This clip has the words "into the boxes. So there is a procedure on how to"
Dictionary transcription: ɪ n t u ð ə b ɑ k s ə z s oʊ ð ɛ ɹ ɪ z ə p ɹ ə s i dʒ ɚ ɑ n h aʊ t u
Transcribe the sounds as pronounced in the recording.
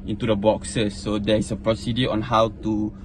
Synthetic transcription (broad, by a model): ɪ n t u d ə b ɑ k s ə s oʊ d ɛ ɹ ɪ s ə p ɹ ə s i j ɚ ɑ n h aʊ t u